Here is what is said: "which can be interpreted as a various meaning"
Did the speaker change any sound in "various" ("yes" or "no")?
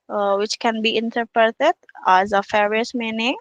yes